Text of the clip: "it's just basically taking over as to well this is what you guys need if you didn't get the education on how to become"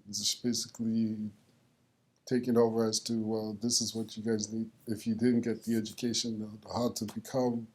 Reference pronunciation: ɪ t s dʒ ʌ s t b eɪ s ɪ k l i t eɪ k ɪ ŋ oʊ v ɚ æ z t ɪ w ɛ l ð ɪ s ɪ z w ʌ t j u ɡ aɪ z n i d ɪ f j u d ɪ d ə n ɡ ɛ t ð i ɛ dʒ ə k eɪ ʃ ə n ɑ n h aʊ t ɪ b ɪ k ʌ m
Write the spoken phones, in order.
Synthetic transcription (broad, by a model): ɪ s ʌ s b eɪ s ɪ k l i t eɪ k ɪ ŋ oʊ v ɚ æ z t ɪ w ɛ l ð ɪ s ɪ z w ʌ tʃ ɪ ɡ aɪ z n i d ɪ f j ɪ d ɪ d n ɡ ɛ t ð i ɛ dʒ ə k eɪ ʃ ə n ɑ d t ɪ b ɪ k ʌ m